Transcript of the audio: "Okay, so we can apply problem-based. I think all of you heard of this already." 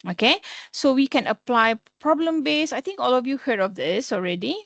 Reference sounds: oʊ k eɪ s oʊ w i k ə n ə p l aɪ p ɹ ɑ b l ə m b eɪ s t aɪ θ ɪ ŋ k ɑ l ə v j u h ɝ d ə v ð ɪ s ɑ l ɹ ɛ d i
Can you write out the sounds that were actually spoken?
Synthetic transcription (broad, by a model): oʊ k eɪ s oʊ w i k ə n ə p l aɪ p ɹ ɑ b l ə m b eɪ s aɪ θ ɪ ŋ k ɑ l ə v j u h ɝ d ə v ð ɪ s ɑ l ɹ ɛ d i